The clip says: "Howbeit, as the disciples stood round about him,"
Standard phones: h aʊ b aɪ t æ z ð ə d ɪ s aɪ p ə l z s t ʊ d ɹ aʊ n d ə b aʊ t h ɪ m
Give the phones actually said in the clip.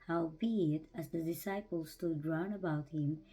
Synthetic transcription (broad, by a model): h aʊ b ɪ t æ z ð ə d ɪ s aɪ p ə l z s t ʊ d ɹ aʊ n ə b aʊ t h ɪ m